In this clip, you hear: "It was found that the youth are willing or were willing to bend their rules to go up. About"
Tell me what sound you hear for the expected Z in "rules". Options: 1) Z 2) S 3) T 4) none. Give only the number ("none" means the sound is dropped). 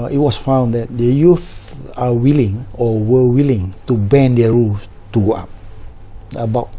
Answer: 4